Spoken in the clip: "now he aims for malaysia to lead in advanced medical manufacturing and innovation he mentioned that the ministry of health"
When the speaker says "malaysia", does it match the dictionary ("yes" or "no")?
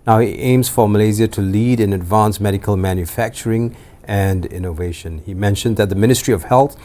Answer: no